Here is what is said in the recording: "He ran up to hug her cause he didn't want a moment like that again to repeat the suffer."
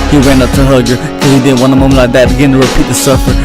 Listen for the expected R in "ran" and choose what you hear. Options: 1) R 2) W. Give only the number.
2